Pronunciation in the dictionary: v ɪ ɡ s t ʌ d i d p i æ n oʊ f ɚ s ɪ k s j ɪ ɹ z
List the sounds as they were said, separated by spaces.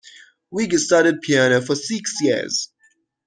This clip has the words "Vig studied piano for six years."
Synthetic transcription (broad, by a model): w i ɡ s t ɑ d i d p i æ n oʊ f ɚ s ɪ k s j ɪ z